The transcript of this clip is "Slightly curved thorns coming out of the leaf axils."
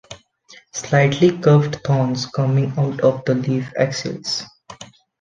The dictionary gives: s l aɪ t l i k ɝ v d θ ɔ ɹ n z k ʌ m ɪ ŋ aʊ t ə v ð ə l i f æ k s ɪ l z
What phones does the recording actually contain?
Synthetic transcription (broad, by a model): s l aɪ t l i k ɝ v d t ɔ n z k ʌ m ɪ ŋ aʊ t ə v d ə l i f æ k s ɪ l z